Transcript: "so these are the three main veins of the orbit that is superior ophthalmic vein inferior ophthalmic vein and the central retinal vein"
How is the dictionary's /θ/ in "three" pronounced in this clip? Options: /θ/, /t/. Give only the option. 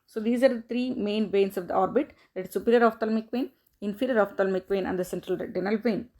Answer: /t/